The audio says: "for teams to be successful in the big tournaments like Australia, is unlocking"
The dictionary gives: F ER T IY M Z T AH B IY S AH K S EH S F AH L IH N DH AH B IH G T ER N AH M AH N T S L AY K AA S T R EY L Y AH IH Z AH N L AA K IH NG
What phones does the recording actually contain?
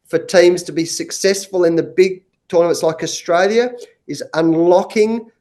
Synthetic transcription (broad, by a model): F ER T IY M Z T AH B IY S AH K S EH S F AH L IH N DH AH B IH G T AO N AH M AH T S L AY K AA S T R EY L Y AH IH Z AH N L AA K IH NG